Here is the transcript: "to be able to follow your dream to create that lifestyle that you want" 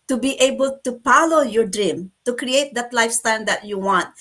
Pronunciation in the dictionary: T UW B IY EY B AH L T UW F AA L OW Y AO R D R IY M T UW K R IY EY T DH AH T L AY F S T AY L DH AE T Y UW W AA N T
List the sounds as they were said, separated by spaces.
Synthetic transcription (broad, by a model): T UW B IY EY B AH L T UW P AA L OW Y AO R D R IY M T UW K R IY EY T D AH T L AY F S T AY L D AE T Y UW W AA N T